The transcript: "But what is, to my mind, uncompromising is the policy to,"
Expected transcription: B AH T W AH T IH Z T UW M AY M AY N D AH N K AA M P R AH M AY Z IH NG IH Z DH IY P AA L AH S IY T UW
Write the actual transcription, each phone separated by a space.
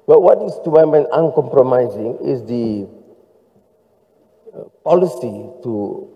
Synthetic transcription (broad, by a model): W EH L W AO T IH S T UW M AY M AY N AH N K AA M P R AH M AY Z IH NG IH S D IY P AA L AH S IY T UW